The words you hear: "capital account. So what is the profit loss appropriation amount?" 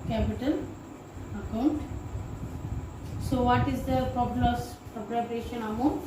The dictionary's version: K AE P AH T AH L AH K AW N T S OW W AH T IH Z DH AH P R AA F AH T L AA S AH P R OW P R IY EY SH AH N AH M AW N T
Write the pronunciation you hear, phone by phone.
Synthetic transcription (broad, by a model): K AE P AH T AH L AH K AW N T S OW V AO T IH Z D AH P R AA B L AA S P R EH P R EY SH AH N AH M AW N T